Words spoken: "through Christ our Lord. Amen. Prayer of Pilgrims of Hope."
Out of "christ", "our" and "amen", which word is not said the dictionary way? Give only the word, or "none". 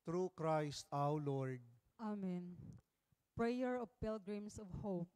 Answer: our